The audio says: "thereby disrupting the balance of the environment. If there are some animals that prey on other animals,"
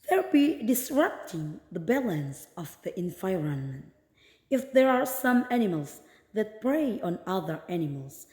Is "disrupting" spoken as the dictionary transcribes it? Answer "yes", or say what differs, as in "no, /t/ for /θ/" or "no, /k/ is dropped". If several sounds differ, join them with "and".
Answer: yes